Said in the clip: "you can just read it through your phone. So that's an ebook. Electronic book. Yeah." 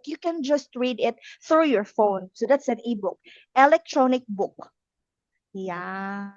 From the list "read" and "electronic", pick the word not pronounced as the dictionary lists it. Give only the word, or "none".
none